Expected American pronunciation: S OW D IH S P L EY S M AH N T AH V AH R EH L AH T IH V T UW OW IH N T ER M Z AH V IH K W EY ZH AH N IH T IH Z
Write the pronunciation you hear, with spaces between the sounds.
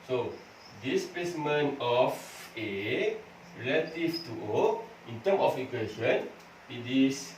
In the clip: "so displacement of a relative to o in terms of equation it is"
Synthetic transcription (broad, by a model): S OW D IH S P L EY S M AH N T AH F AH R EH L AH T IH F T UW OW IH N T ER M AH F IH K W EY SH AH N IH T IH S